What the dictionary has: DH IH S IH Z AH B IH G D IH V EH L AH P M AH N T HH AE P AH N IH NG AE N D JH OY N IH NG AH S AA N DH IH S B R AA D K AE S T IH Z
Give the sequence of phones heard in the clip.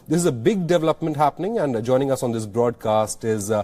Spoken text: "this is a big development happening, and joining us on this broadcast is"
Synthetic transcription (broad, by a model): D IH S IH Z AH B IH G D IH V EH L AH P M AH N T HH AE P AH N IH NG AE N D JH OY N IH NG AH S AA N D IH S B R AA D K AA S T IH Z